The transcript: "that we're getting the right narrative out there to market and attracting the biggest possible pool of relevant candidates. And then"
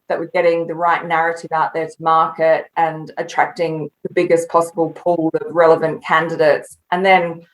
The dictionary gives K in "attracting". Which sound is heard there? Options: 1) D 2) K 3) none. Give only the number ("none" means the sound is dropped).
2